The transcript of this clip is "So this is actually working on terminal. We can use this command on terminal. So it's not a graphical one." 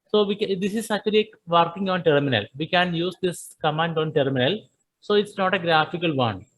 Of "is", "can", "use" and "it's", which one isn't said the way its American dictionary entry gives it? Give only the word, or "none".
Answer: is